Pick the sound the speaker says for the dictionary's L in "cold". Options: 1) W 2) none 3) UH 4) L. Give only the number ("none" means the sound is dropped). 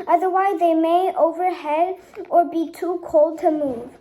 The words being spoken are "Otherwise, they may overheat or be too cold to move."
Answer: 4